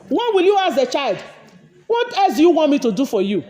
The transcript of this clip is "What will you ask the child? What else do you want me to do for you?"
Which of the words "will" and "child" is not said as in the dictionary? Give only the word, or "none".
none